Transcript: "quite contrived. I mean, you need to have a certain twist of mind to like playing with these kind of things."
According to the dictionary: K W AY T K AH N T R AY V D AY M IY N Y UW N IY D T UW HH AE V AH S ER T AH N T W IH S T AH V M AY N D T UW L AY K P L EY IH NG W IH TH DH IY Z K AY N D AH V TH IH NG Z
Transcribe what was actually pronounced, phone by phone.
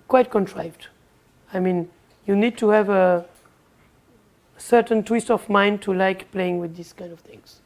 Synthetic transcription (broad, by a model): K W AY T K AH N T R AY V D AY M IY N Y UW N IY D T UW HH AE V AH S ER T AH N T W IH S T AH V M AY N D T UW L AY K P L EY IH NG W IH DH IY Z K AY N D AH V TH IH NG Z